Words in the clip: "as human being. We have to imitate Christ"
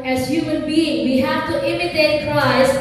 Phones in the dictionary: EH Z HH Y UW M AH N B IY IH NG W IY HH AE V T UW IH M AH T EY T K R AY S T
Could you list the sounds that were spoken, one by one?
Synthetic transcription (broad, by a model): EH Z HH Y UW M AH N B IY IH NG W IY HH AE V T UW IH M AH T EY T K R AY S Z